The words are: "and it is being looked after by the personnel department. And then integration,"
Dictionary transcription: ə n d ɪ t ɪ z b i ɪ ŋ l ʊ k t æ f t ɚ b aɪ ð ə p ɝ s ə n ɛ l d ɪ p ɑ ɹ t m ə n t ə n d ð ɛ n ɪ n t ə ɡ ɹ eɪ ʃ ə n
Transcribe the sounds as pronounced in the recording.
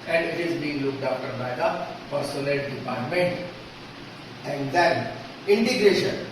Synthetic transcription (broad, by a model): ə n d ɪ t ɪ z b i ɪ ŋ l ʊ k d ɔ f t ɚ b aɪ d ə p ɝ s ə l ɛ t d ɪ p ɑ ɹ t m ə n t ə n d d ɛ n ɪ n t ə ɡ ɹ eɪ ʃ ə n